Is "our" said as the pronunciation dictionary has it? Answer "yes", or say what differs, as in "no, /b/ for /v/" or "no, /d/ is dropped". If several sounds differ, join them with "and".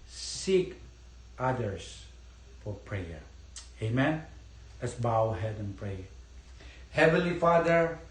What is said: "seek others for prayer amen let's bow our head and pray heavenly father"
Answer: no, /w/ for /ɹ/